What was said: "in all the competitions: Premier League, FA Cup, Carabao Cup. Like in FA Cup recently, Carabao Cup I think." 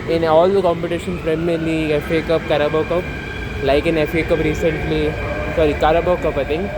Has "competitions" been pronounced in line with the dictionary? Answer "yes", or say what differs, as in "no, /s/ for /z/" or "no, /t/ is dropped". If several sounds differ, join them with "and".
no, /z/ is dropped